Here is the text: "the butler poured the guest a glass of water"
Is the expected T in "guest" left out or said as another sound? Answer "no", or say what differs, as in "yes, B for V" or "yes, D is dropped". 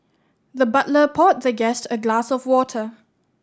no